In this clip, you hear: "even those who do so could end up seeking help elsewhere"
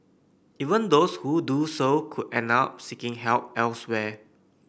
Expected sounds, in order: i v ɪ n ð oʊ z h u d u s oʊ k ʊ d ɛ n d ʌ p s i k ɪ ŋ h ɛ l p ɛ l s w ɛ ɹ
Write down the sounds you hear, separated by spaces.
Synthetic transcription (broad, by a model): i v ɪ n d oʊ s h u d u s oʊ k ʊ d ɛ n ɑ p s i k ɪ ŋ h ɛ l p ɛ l s w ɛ